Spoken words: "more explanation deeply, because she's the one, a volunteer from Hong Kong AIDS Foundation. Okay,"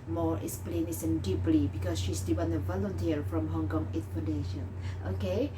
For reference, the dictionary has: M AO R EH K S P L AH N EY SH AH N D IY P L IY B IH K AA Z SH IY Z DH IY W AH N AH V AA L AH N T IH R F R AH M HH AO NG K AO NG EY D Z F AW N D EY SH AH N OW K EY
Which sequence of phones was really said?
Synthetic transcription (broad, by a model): M AO R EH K S P L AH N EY S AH N D IY P L IY B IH K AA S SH IY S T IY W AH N AH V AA L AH N T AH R F R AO M HH AO NG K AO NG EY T F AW N D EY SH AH N OW K EY